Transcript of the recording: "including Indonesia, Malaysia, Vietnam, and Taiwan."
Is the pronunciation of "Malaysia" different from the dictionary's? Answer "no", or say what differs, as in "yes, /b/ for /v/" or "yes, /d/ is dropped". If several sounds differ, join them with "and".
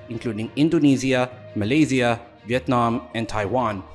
yes, /z/ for /ʒ/